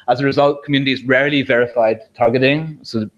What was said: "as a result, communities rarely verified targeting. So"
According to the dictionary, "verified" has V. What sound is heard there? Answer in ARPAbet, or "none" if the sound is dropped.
V